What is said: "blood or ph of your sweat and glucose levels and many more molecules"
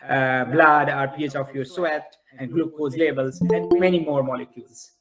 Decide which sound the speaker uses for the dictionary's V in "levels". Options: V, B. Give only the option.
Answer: B